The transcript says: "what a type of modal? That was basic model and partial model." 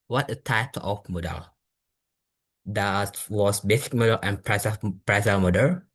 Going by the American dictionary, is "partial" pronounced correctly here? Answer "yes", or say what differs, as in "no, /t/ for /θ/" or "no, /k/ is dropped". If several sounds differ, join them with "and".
no, /s/ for /ʃ/